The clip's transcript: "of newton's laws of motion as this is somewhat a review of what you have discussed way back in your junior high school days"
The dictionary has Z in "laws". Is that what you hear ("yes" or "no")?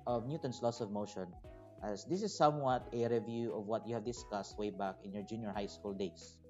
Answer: no